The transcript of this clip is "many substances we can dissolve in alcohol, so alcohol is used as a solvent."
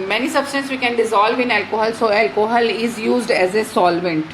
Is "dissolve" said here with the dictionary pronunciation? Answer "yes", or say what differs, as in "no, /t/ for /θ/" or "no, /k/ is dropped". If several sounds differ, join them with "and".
yes